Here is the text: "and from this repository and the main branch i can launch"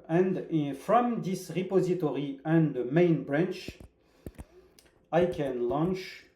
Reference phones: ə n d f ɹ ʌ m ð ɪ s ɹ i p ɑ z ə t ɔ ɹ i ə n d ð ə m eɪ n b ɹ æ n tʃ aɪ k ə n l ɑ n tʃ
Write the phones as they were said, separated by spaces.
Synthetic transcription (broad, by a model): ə n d f ɹ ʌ m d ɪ s ɹ i p ɑ z ə t ɔ ɹ i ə n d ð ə m eɪ n b ɹ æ n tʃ aɪ k ə n l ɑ n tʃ